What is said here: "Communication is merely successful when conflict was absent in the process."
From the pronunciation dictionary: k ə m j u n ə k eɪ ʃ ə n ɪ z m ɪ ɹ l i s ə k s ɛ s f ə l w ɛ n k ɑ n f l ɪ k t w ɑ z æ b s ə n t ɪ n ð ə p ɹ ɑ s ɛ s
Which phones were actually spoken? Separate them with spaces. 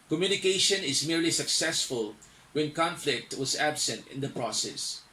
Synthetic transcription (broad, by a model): k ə m j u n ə k eɪ ʃ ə n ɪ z m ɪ ɹ l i s ə k s ɛ s f ə l w ɛ n k ɑ n f l ɪ k t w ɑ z æ b s ə n t ɪ n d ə p ɹ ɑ s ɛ s